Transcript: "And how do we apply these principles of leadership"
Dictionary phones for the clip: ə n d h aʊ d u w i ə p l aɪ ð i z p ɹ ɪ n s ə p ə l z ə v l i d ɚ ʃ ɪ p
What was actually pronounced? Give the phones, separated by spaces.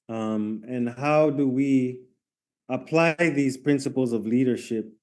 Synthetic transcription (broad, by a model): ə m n h aʊ d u w i ə p l aɪ ð i z p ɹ ɪ n s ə p l z ə v l i d ɚ ʃ ɪ p